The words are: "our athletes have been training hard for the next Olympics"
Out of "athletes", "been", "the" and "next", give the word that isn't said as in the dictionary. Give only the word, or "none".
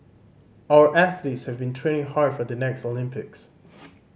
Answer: none